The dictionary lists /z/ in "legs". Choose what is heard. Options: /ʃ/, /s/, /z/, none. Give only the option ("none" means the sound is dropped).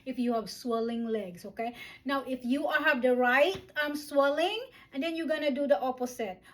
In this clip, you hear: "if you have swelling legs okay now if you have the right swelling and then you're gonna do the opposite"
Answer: /s/